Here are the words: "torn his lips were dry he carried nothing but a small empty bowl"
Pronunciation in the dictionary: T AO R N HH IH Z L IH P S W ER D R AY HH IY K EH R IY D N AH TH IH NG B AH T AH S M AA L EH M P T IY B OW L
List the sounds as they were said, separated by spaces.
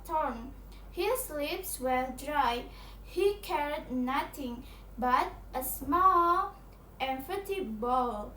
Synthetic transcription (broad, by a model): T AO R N HH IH S L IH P S W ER D R AY HH IY K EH R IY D N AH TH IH NG B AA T AH S M AA L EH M F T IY B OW L